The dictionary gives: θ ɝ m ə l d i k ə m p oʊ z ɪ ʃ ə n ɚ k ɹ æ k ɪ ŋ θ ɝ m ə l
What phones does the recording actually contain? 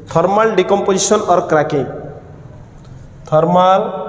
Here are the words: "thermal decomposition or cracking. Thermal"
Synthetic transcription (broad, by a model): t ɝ m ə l d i k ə m p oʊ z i s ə n ɚ k ɹ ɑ k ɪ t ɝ m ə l